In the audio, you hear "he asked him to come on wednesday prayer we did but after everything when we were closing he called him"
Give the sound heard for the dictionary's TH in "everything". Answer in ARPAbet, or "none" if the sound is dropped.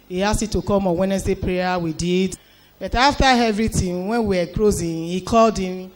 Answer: T